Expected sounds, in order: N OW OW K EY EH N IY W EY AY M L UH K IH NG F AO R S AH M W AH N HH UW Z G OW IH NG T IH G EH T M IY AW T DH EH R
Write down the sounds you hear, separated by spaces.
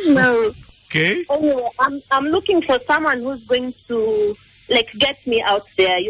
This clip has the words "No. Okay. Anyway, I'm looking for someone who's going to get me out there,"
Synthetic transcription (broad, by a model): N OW OW K EY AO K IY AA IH AY M L UH K IH NG F AO R S AH M W AH N HH UW Z G OW IH NG T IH G EH T M IY AW T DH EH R